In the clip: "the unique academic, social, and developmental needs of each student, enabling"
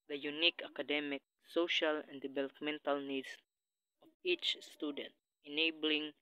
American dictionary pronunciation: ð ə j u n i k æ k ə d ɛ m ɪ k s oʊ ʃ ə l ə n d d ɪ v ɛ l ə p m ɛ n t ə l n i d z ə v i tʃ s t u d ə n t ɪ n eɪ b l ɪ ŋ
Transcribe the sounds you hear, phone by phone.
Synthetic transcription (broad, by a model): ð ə j u n i k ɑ k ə d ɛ m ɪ k s oʊ ʃ ə l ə n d d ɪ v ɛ l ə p m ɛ n t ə l n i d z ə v i tʃ s t u d ə n t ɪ n eɪ b l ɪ ŋ